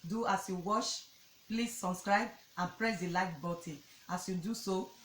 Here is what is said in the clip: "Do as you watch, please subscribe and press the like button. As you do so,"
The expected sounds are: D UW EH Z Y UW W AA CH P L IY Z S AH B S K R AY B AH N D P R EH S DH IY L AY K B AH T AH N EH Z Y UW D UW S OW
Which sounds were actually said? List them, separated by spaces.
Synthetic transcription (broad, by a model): D UW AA S Y UW W AA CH P L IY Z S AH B S K R AY B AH N P R EH S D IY L AY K B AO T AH AA S Y UW D UW S OW